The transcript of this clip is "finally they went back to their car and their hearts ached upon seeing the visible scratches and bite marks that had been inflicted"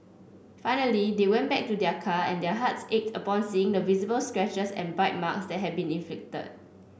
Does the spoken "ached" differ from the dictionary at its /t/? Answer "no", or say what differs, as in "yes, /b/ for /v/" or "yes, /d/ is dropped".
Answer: no